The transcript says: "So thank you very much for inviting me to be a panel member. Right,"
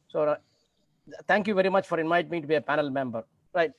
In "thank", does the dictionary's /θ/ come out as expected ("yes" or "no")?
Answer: no